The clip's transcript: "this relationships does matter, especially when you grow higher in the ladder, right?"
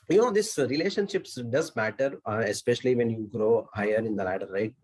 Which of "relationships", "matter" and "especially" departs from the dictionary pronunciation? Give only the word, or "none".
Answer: none